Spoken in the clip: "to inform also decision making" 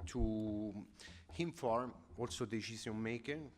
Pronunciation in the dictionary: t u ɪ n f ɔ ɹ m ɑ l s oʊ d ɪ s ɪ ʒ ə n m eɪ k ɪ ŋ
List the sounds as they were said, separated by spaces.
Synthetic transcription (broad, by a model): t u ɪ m f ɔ ɹ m ɑ l s oʊ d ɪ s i z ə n m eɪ k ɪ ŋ